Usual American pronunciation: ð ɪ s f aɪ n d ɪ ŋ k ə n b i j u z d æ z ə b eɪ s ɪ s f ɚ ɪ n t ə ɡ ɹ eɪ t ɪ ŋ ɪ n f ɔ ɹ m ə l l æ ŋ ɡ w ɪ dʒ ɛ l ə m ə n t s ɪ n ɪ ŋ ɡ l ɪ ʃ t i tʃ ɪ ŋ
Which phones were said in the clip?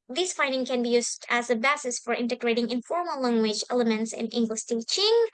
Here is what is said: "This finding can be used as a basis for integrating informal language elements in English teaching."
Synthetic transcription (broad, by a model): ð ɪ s f aɪ n d ɪ ŋ k ə n b i j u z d æ z ə b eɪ s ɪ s f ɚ ɪ n t ə ɡ ɹ eɪ t ɪ ŋ ɪ n f ɔ ɹ m ə l l æ ŋ ɡ w ɪ dʒ ɛ l ə m ə n t s ɪ n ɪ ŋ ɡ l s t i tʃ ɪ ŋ